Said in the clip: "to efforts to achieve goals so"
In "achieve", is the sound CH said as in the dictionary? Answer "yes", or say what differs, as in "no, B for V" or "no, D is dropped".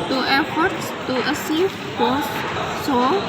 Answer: no, S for CH